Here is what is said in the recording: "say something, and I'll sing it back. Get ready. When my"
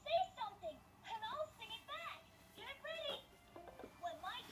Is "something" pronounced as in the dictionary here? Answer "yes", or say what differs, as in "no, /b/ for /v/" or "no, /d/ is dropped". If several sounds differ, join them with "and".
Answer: yes